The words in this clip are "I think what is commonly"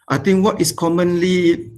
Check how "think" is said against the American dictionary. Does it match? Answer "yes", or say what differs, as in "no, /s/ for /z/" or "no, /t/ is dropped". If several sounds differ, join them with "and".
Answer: no, /t/ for /θ/